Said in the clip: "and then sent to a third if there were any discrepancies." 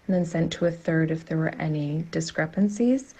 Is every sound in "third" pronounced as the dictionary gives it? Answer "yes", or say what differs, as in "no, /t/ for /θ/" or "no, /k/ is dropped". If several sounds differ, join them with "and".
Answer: yes